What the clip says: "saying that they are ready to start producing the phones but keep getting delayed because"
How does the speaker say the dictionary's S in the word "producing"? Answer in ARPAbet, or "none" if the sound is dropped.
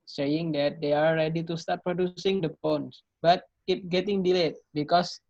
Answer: S